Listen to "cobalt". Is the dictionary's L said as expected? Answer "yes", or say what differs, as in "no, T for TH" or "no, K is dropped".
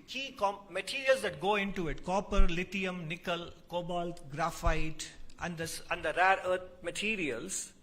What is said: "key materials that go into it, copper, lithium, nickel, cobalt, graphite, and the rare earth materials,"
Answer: yes